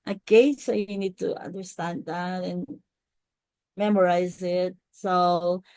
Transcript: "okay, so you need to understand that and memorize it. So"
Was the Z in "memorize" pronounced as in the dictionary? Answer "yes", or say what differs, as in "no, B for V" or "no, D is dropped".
yes